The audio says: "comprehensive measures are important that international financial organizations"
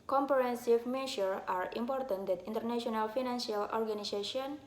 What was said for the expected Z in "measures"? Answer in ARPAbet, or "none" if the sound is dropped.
none